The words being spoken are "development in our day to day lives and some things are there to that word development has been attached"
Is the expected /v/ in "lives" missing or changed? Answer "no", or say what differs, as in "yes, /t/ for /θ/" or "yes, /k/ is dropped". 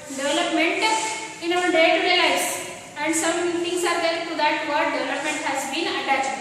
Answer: yes, /v/ is dropped